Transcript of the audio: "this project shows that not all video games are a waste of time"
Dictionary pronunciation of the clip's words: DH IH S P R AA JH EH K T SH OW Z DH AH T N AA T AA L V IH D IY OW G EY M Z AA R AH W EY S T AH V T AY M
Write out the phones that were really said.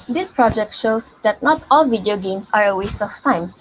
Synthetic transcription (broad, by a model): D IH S P R AA JH EH K T SH OW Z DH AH T N AA T AA L V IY D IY OW G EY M S AA R AH W EY S T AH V T AY M